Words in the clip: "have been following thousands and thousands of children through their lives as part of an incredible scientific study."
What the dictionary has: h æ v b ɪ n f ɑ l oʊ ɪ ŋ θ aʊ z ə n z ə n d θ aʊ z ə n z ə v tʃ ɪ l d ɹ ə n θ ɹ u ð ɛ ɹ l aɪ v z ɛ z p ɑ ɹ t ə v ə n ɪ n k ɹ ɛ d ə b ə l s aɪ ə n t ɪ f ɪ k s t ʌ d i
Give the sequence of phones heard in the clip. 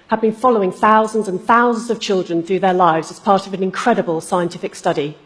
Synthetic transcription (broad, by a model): h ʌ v b ɪ n f ɑ l oʊ ɪ ŋ θ aʊ z ə n z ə n θ aʊ z ə n z ə v tʃ ɪ l d ɹ ə n θ ɹ u ð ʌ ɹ l aɪ v z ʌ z p ɑ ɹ t ə v ə n ɪ n k ɹ ɛ d ə b ə l s aɪ ə n t ɪ f ɪ k s t ʌ d i